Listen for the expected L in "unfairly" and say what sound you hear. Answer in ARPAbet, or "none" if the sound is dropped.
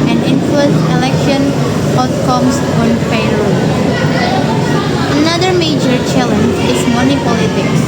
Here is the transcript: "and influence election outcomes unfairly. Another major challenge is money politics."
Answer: none